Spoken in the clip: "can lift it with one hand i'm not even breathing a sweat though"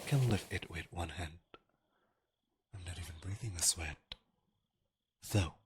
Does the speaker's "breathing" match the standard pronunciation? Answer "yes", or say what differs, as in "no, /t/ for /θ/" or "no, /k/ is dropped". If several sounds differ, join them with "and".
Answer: yes